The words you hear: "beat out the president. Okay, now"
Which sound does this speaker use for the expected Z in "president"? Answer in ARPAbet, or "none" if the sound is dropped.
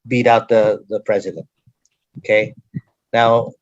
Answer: Z